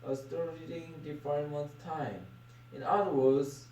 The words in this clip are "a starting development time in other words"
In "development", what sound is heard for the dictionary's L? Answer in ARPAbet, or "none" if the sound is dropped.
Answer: none